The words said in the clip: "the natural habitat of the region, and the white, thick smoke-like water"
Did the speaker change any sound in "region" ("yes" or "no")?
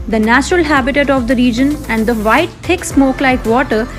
no